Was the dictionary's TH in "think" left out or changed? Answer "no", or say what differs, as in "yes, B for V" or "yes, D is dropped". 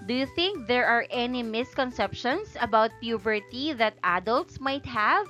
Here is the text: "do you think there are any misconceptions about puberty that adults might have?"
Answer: no